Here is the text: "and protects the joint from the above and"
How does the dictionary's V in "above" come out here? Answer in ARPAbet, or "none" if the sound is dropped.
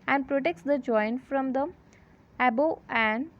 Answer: none